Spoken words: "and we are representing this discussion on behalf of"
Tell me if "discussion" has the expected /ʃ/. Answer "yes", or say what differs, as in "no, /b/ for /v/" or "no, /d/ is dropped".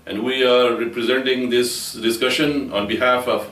yes